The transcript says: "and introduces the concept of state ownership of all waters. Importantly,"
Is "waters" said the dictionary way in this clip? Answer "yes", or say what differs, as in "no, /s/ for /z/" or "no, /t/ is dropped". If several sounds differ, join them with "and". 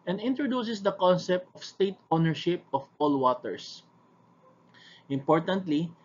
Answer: no, /s/ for /z/